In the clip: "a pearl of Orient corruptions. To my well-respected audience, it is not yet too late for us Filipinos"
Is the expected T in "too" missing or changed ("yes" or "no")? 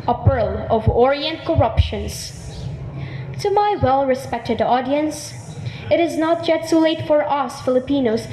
yes